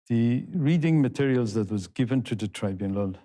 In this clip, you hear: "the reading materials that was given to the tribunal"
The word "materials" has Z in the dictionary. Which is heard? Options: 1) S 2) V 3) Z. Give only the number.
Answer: 3